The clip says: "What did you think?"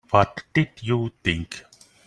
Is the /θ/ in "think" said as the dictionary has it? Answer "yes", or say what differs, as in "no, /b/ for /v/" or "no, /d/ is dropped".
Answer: no, /t/ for /θ/